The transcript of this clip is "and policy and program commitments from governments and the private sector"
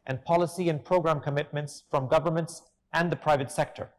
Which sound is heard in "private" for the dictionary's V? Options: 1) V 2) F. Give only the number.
1